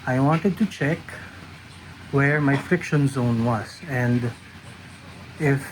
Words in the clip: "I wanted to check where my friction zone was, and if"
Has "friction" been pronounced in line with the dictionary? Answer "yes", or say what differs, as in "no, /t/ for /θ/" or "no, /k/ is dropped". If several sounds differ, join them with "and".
yes